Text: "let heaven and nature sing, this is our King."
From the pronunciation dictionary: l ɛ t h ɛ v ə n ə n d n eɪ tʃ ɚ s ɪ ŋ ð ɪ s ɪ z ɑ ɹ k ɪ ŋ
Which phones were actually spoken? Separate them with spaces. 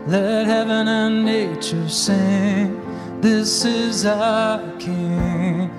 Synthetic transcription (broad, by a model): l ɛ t h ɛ v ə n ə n n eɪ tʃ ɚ s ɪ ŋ ð ɪ s ɪ z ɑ k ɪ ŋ